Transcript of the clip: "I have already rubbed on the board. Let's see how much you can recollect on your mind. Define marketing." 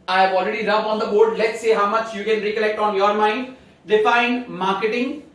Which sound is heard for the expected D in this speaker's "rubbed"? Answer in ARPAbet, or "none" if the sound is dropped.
none